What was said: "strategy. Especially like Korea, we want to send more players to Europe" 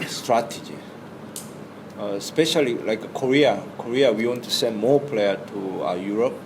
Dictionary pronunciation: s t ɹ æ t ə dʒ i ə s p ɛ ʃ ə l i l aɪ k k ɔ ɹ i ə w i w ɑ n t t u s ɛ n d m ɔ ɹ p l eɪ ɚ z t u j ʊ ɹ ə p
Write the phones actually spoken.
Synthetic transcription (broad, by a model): s t ɹ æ t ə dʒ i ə s p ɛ ʃ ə l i l aɪ k k ɔ ɹ i ə w i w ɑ n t t u s ɛ n d m ɔ p l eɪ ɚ t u j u ɹ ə p